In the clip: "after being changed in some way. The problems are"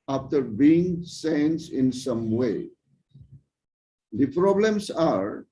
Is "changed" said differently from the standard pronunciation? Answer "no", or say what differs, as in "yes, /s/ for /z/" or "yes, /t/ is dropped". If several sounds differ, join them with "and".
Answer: yes, /s/ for /tʃ/